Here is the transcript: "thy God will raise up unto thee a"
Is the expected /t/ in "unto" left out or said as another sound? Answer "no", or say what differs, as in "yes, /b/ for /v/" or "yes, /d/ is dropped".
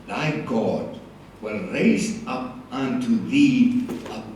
no